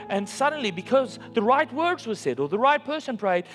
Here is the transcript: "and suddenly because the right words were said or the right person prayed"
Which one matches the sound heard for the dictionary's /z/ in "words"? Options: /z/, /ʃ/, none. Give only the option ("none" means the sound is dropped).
/z/